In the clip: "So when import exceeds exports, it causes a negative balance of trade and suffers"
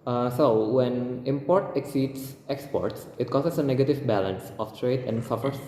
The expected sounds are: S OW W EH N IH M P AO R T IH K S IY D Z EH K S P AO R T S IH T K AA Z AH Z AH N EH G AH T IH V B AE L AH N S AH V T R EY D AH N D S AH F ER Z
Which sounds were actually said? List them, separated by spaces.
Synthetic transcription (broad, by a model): S OW W EH N IH M P AO R T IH K S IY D S EH K S P AO R T S IH T K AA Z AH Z AH N EH G AH T IH V B AE L AH N S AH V T R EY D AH N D S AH F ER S